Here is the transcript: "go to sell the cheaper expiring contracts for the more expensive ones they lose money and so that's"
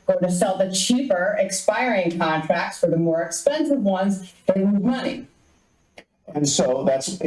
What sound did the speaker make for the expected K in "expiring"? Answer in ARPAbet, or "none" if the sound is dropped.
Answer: K